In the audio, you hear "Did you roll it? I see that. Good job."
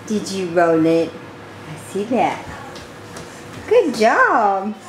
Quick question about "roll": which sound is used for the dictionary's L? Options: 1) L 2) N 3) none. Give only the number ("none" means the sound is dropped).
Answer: 2